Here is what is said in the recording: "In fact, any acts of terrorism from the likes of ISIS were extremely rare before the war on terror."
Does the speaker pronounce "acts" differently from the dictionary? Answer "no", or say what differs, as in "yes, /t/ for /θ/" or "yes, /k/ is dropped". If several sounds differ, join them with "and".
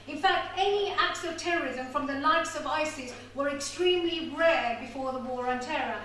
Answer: no